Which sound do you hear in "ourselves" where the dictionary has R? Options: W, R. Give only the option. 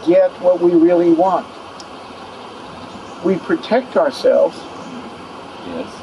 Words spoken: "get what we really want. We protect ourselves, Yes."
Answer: R